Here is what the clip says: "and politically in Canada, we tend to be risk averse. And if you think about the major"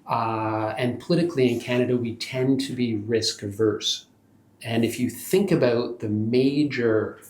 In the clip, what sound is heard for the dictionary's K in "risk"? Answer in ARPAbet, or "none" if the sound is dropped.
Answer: K